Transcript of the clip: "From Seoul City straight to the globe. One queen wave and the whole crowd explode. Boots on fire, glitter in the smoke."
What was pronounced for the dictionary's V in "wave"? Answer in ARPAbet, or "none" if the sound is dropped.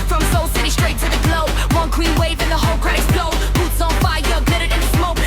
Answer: V